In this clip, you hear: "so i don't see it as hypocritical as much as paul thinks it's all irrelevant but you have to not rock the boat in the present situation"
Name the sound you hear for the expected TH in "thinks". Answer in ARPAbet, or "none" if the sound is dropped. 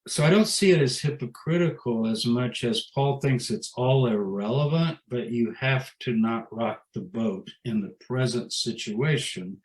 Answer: TH